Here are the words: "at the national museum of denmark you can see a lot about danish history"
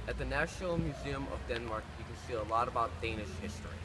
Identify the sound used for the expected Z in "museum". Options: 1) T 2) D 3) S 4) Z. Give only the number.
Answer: 4